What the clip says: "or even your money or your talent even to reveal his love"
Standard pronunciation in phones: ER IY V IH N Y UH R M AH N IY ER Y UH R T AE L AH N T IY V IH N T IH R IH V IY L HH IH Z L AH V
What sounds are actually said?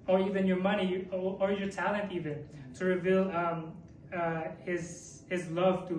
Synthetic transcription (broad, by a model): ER IY V IH N Y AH R M AH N IY ER Y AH R T AE L AH N T IY V IH N T IH R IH V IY L HH IH Z L AH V